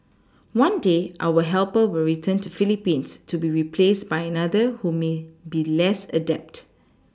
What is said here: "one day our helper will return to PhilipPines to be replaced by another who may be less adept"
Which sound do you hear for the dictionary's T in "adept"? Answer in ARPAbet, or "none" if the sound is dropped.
T